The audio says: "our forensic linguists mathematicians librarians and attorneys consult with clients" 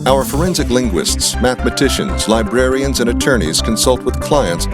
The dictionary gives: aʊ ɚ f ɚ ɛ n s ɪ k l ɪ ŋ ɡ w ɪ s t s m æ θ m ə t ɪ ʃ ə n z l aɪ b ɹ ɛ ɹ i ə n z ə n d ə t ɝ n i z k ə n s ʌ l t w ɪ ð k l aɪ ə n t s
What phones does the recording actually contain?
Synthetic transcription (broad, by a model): aʊ ɚ f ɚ ɛ n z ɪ k l ɪ ŋ ɡ w ɪ s t s m æ θ m ə t ɪ ʃ ə n z l aɪ b ɹ ɛ ɹ i ə n z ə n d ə t ɝ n i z k ə n s ʌ l t w ɪ ð k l aɪ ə n t s